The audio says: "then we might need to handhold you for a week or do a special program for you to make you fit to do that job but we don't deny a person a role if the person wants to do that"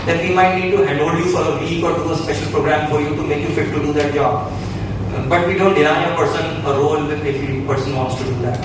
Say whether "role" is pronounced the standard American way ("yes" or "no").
no